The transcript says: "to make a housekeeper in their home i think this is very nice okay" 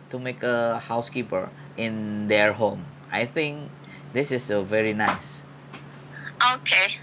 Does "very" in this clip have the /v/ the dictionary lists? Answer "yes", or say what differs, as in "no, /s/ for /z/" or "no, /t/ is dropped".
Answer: yes